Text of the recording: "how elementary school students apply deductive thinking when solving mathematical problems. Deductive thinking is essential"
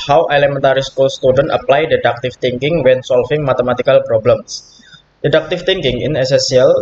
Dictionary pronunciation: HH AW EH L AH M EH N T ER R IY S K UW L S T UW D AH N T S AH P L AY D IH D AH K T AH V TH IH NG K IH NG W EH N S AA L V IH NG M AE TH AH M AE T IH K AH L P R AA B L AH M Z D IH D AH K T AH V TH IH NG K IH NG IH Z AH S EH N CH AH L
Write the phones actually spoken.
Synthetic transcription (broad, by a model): HH AW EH L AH M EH N T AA R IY S K UW L S T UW D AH N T AH P L AY D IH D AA K T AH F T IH NG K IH NG W EH N S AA L F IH NG M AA T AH M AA T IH K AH L P R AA B L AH M S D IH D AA K T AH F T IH NG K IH NG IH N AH S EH N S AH L